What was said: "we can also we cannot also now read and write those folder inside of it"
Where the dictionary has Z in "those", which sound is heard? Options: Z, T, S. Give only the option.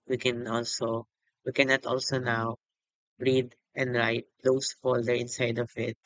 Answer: S